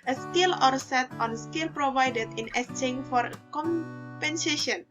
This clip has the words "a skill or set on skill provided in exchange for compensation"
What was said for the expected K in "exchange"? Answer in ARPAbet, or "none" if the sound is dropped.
none